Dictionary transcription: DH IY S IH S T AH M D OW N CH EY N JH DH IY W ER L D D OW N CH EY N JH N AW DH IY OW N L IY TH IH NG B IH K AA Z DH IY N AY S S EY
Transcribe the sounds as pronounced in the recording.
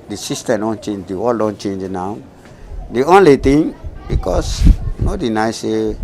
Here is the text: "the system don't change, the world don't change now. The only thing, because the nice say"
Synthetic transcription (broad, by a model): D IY S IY S T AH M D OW N CH EY N JH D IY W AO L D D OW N CH EY N JH N AW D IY OW N L IY T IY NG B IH K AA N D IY N AY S S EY